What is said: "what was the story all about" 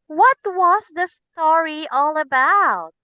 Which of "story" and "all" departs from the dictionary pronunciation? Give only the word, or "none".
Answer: none